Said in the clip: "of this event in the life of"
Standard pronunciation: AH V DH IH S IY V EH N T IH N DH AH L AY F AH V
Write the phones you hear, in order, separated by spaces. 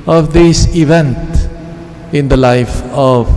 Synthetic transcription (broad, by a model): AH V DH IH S IY V EH N T IH N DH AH L AY F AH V